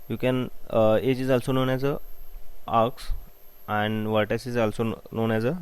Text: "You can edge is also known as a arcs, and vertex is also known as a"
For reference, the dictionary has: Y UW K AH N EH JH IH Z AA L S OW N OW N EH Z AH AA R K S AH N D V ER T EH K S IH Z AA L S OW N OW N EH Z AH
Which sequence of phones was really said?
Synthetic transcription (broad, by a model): Y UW K AH N EH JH IH Z AA L S OW N OW N EH Z AH AA R K S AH N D V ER T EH S IH Z AA L S OW N OW N EH Z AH